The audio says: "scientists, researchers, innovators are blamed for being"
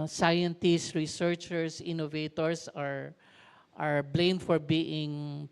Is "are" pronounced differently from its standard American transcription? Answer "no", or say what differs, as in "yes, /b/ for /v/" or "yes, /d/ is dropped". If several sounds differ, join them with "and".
no